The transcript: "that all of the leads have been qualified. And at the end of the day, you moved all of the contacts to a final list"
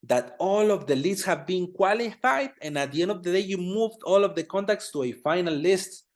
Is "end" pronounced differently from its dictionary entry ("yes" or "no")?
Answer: no